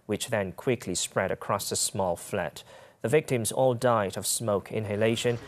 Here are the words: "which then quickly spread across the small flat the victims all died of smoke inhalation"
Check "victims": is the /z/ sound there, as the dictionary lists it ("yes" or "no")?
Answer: yes